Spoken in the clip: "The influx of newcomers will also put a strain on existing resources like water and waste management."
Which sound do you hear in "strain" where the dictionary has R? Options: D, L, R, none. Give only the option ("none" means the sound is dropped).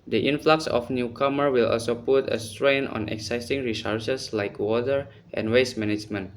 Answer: R